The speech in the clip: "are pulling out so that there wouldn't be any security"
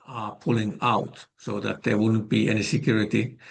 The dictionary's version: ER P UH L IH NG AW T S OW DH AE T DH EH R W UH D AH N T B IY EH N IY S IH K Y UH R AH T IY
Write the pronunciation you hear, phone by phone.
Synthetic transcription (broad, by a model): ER P UH L IH NG AW T S OW DH AE T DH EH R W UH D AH N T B IY EH N IY S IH K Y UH R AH T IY